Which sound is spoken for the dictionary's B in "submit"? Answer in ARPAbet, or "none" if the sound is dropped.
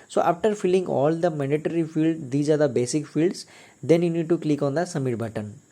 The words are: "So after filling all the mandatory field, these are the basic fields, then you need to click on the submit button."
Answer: none